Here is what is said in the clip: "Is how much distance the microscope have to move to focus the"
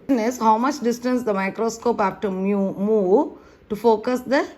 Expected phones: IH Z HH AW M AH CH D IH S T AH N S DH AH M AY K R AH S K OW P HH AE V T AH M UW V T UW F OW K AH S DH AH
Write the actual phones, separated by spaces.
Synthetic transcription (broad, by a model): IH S HH AW M AH CH D IH S T AH N S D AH M AY K R AH S K OW P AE F T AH M UW V T UW F OW K AH S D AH